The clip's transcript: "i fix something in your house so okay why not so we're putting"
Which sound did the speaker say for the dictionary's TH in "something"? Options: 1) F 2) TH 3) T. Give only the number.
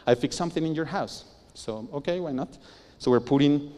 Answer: 2